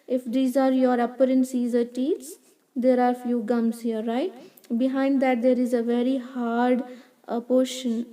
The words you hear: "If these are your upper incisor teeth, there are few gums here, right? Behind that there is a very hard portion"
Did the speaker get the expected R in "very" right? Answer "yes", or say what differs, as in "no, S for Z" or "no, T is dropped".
yes